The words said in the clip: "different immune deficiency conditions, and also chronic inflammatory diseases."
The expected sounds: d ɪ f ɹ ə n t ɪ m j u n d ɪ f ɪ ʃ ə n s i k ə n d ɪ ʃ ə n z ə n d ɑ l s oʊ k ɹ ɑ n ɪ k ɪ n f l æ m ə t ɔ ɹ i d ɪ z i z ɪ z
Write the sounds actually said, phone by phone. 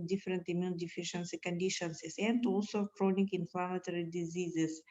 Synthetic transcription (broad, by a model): d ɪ f ɹ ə n t ɪ m j u n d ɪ f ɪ ʃ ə n s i k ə n d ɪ ʃ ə n s ə n d ɑ l s oʊ k ɹ ɑ n ɪ k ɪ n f l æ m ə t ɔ ɹ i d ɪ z i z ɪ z